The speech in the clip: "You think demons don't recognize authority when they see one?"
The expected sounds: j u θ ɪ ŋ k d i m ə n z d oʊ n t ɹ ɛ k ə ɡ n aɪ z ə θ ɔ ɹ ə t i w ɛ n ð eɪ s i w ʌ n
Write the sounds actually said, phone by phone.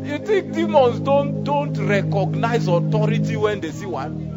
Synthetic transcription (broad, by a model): j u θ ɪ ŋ k d i m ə n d d oʊ n t ɹ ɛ k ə ɡ n aɪ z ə t ɔ ɹ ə t i w ɛ n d eɪ s i w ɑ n